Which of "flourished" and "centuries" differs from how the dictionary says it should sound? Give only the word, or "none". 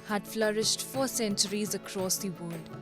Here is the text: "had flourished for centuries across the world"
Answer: none